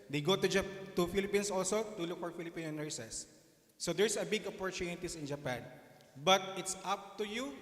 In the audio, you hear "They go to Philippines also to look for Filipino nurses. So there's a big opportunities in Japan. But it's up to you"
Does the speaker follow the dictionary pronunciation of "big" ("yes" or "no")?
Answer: yes